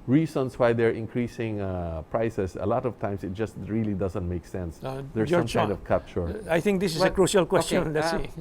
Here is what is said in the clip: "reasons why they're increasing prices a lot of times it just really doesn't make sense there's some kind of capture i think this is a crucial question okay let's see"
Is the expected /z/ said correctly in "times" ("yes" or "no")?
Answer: no